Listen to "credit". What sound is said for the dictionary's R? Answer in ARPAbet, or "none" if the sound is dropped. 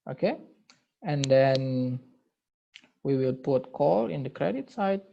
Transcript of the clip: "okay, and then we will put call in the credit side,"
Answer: R